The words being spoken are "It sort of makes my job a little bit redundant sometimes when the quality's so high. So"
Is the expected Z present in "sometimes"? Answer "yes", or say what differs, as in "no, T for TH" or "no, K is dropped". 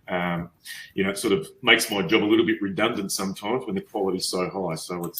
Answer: yes